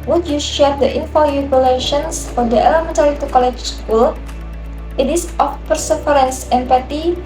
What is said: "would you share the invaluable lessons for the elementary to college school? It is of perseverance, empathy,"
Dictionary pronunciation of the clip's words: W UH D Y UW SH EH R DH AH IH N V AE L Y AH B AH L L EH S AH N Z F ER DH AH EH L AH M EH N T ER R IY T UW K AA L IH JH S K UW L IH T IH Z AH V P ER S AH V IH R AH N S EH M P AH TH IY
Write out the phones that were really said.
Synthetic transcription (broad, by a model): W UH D Y UW SH EH R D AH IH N F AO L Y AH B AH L L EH SH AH N S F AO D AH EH L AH M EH N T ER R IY T UW K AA L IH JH S K UW L IH T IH S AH F P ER S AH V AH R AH N S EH M P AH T IY